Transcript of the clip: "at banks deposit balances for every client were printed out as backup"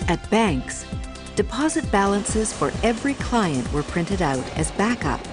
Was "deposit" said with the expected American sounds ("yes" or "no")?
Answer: yes